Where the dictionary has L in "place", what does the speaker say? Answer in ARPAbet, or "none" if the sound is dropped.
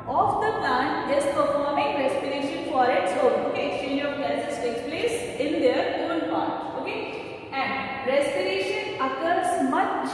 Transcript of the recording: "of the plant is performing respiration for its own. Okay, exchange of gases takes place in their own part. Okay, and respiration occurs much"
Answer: L